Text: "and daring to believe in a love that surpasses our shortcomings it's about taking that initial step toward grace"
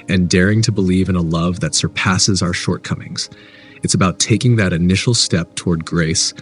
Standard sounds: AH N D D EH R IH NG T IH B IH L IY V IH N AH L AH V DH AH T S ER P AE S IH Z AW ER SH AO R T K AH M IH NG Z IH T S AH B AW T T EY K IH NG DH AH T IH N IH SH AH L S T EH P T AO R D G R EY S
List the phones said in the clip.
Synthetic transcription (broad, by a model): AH N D D EH R IH NG T IH B IH L IY V IH N AH L AH V DH AH T S ER P AE S IH Z AW ER SH AO R T K AH M IH NG Z IH T S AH B AW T T EY K IH NG DH AH T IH N IH SH L S T EH P T AO R D G R EY S